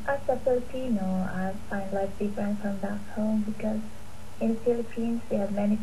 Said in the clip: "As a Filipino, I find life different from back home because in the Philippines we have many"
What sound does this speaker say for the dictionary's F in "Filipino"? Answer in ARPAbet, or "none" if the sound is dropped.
P